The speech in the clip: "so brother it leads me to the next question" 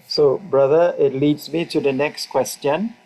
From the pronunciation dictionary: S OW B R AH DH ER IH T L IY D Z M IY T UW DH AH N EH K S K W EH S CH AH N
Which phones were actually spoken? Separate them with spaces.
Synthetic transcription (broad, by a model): S OW B R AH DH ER IH T L IY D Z M IY T UW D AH N EH K S K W EH S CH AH N